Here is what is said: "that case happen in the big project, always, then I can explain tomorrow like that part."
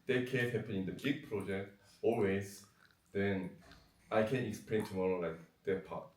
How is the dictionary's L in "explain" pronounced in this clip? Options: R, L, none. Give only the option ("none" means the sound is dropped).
L